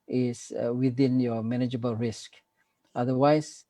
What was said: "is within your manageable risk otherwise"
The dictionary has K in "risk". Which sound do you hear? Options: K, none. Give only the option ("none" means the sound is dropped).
K